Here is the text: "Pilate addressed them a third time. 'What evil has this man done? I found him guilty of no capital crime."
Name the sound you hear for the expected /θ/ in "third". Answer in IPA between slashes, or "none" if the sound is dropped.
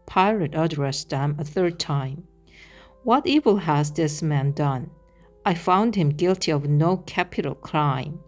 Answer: /θ/